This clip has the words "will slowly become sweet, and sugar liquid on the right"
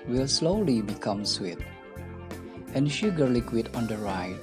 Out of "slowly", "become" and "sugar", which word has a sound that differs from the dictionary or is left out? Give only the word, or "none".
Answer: none